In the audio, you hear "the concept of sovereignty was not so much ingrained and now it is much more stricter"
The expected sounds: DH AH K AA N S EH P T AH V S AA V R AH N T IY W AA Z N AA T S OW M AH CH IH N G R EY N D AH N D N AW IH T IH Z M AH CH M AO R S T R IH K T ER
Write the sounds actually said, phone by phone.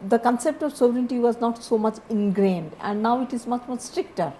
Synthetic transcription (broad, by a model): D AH K AA N S EH P T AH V S AA V R AH N T IY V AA Z N AA T S OW M AH CH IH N G R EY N D AH N D N AW IH T IH Z M AH CH M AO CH S T R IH K T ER